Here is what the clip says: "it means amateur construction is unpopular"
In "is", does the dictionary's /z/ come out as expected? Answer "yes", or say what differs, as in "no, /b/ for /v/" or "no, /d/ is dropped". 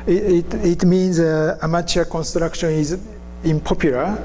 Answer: yes